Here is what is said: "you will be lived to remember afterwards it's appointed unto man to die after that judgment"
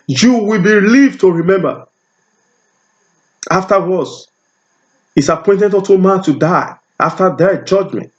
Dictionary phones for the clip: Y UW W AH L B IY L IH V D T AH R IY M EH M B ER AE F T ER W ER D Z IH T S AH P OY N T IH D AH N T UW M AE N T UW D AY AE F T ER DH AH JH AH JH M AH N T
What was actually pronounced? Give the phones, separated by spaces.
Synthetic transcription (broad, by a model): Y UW W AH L B IY L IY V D T AH R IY M EH M B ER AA F T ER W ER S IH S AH P OY N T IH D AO T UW M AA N T UW D AY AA F T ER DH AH JH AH JH M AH N T